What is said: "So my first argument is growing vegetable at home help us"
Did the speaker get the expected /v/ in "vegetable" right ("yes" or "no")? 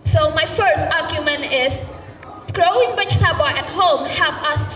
no